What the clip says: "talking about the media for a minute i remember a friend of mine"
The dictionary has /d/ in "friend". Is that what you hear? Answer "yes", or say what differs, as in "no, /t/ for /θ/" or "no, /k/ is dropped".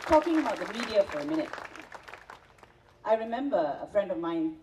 yes